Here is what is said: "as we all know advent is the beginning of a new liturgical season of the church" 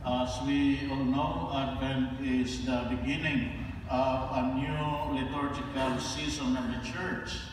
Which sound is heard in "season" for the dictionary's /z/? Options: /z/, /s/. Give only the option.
/s/